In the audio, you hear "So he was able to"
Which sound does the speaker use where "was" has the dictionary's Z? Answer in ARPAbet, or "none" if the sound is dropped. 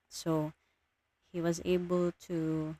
Z